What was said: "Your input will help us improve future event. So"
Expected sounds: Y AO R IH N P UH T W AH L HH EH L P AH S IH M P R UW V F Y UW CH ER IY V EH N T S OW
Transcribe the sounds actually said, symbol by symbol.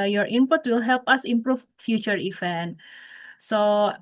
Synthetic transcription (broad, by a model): Y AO R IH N P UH T W AH L HH EH L P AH S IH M P R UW F F Y UW CH ER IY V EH N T S OW